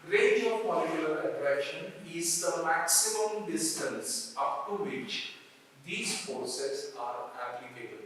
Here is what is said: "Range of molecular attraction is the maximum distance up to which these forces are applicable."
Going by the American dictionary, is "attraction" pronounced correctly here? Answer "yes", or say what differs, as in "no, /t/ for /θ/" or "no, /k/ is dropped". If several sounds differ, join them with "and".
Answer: no, /k/ is dropped